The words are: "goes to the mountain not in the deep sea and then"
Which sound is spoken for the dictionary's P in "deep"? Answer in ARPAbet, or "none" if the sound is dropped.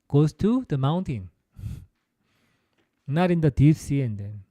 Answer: F